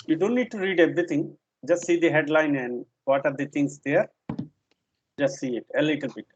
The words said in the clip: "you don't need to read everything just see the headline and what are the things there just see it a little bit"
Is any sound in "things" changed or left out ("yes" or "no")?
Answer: yes